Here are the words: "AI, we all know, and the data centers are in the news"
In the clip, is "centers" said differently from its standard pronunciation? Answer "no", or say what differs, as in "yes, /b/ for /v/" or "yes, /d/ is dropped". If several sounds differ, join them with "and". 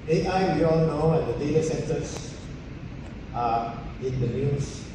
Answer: yes, /s/ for /z/